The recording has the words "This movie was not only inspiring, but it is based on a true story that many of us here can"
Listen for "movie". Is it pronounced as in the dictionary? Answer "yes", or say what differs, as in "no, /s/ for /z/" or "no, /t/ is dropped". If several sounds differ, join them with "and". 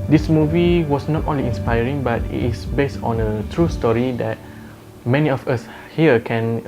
yes